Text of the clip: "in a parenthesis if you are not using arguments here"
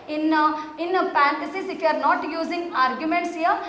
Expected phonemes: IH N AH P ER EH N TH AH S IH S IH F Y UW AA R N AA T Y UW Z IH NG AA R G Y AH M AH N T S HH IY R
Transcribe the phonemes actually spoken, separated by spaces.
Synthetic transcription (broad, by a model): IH N AH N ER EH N T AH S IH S IH F Y UW AA R N AA T Y UW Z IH NG AA R G Y AH M AH N T S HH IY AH